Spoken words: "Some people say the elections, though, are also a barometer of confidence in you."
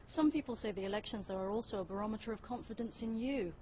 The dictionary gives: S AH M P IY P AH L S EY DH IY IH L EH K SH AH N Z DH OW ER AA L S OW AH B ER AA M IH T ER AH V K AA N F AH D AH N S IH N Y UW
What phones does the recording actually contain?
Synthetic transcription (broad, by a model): S AH M P IY P AH L S EY DH IY IH L EH K SH AH N Z DH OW ER AA L S OW AH B ER AA M IH T ER AH V K AA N F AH D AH N S IH N Y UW